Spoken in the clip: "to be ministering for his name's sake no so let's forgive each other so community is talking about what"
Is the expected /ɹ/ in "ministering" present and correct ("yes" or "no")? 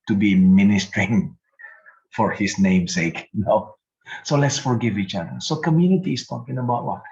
yes